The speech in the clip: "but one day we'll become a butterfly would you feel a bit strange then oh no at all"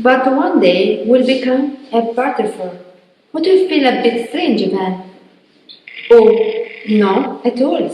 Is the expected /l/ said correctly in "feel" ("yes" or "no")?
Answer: no